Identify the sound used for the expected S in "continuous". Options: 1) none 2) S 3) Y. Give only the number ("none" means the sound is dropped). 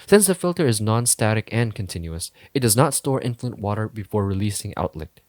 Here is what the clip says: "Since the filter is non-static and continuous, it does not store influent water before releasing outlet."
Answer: 2